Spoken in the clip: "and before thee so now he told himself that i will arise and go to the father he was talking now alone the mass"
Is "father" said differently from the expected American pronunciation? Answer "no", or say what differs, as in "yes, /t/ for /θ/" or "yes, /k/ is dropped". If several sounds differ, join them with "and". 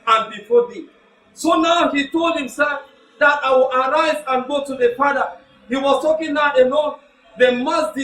yes, /p/ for /f/